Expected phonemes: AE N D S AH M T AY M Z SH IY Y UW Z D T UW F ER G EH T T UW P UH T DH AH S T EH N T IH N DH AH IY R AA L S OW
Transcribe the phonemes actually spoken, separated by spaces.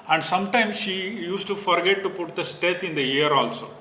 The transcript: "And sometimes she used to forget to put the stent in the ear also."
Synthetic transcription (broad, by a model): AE N D S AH M T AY M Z SH IY Y UW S T UW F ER G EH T T UW P UH T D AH S T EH T IH N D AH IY R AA L S OW